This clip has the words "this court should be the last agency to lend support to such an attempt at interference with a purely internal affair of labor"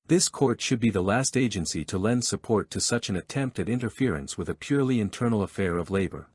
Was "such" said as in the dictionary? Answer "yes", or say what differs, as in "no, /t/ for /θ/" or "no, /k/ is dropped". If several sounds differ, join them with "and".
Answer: yes